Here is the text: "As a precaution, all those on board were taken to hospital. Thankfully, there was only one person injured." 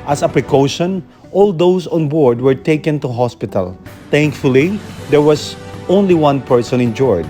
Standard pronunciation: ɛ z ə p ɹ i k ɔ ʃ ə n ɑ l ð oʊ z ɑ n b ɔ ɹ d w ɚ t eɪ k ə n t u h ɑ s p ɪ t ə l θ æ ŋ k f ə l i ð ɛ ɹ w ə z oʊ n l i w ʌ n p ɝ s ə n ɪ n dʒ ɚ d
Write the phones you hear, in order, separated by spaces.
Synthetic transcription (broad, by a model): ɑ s ə p ɹ i k ɔ ʃ ə n ɑ l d oʊ s ɑ n b ɔ ɹ d w ɚ t eɪ k ə n t u h ɑ s p ɪ t ə l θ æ ŋ k f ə l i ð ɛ ɹ w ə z oʊ n l i w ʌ n p ɝ s ə n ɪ n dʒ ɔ d